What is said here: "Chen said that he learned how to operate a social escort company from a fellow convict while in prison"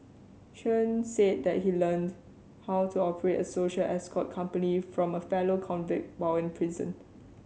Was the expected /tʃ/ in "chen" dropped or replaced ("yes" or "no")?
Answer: yes